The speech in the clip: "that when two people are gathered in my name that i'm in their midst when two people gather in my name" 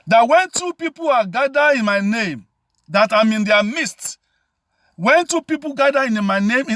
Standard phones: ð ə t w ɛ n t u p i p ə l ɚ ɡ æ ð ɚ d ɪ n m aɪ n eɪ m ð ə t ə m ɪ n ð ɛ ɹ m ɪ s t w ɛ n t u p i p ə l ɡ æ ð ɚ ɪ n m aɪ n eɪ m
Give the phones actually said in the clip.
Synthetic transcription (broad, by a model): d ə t w ɛ n t u p i p ə l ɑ ɡ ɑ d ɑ ɪ n m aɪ n eɪ m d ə t ə m ɪ n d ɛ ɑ m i s t w ɛ n t u p i p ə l ɡ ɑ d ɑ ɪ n m aɪ n eɪ m